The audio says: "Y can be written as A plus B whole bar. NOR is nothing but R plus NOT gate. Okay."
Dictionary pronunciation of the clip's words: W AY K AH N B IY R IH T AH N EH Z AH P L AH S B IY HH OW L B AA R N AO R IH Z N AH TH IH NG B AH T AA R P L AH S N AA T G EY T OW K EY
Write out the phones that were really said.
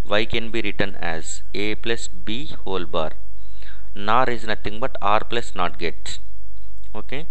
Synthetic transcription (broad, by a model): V AY K AH N B IY R IH T AH N EH Z AH P L AH S B IY HH OW L B AA R N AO R IH Z N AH T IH NG B AH T AA R P L AH S N AA T G EY T OW K EY